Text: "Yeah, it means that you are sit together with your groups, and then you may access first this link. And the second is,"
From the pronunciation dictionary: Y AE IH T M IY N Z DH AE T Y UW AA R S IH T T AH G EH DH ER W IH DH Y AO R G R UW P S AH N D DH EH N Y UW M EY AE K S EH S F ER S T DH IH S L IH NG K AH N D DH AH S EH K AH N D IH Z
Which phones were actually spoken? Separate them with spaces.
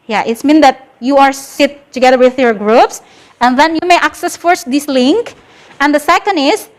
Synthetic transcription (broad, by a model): Y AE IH T M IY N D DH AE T Y UW AA R S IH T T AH G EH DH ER W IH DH Y AO R G R UW P S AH N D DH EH N Y UW M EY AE K S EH S F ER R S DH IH S L IH NG K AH N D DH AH S EH K AH N D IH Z